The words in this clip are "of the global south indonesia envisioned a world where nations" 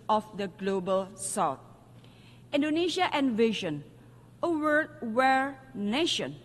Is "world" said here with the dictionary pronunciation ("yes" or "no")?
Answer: no